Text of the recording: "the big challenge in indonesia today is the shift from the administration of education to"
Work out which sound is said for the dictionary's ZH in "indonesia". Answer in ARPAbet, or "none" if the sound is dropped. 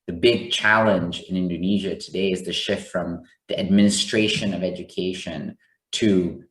ZH